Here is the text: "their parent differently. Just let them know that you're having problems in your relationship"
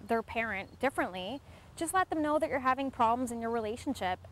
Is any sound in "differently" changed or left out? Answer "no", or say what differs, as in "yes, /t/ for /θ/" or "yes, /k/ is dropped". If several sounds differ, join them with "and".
no